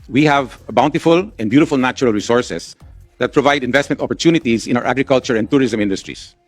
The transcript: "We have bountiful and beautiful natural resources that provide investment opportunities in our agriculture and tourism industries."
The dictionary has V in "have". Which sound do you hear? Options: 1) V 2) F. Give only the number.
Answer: 1